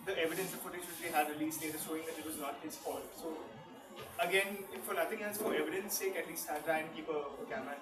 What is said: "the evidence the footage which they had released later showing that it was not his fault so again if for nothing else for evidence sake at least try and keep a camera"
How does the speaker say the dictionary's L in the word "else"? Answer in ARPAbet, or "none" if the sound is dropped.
none